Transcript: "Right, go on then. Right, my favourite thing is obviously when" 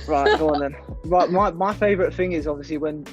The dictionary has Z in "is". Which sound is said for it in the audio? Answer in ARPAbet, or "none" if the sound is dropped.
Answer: Z